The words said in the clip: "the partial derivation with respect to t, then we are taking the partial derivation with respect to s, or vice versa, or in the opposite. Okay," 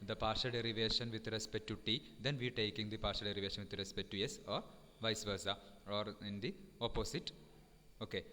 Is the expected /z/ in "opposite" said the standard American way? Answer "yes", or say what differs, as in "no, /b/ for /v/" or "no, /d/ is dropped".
no, /s/ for /z/